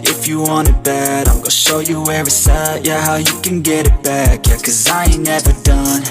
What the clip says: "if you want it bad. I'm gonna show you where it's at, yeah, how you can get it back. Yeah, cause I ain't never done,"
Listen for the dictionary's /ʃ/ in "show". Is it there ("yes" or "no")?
yes